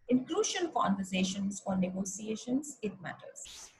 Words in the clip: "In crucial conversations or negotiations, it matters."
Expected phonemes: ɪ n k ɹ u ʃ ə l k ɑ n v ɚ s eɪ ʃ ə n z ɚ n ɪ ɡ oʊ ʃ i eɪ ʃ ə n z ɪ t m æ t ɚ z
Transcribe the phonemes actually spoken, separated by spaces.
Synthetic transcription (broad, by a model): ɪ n k l u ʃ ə n k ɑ n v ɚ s eɪ ʃ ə n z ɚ n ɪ ɡ oʊ s i eɪ ʃ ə n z ɪ t m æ t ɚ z